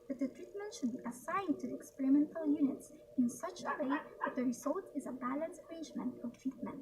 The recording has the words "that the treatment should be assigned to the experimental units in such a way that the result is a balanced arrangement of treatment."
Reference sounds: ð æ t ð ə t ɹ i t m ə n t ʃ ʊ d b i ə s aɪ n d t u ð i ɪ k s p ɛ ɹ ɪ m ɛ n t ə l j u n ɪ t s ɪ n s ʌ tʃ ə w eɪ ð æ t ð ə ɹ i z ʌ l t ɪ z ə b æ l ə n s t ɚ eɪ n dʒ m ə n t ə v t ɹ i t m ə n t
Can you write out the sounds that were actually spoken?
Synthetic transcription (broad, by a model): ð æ t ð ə t ɹ i t m ə n t ʃ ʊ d b i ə s aɪ n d t u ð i ɪ k s p ɛ ɹ ɪ m ɛ n t ə l j u n ɪ t s ɪ n s ʌ tʃ ə w eɪ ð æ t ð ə ɹ i z ʌ l t ɪ z ə b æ l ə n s ɚ eɪ n dʒ m ə n t ə v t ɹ i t m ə n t